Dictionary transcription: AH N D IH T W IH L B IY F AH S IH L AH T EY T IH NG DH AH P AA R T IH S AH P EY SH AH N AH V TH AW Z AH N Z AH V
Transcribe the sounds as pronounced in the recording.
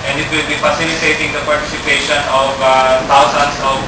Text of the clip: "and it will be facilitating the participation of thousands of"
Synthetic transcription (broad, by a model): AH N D IH T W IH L B IY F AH S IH L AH T EY T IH NG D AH P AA R T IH S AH P EY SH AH N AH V T AW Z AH N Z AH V